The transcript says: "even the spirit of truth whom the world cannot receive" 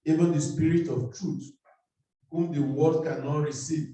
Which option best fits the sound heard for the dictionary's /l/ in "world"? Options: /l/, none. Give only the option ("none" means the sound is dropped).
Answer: none